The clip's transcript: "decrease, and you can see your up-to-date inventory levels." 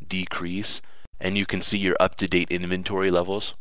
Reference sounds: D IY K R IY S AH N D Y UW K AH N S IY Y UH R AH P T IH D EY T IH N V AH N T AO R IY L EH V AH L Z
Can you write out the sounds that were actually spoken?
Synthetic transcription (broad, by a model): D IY K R IY S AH N Y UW K AH N S IY Y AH R AH P T IH D EY T IH N V AH N T AO R IY L EH V L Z